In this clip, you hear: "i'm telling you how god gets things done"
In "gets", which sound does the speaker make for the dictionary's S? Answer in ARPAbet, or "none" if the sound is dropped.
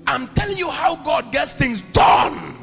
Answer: S